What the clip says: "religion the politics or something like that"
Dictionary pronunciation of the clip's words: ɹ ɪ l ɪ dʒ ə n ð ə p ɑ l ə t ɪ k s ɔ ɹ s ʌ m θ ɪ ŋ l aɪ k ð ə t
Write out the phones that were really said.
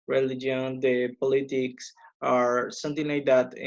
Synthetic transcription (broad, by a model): ɹ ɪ l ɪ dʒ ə n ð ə p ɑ l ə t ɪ k s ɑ ɹ s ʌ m t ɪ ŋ l aɪ k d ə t